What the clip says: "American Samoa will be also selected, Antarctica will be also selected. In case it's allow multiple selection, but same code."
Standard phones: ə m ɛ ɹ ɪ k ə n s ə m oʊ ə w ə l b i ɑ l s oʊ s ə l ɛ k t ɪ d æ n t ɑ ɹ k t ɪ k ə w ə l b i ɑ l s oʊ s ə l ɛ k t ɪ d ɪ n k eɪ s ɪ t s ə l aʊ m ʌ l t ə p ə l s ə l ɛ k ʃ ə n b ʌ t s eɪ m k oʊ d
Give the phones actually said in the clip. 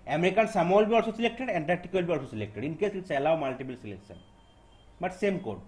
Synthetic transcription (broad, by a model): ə m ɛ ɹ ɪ k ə n s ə m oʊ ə l b i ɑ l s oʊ s ə l ɛ k t ɪ d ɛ n t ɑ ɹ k t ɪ k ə l b i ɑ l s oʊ s ə l ɛ k t ɪ d ɪ n k eɪ s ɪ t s ə l aʊ m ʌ l t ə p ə l s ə l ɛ k s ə n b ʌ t s eɪ m k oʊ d